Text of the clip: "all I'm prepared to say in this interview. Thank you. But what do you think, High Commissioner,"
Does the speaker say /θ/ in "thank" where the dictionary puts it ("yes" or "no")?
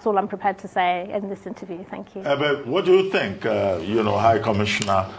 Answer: yes